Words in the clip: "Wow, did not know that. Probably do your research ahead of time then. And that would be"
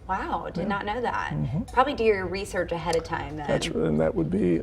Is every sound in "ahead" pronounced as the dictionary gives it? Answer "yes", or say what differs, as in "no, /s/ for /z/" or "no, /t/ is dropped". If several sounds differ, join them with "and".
yes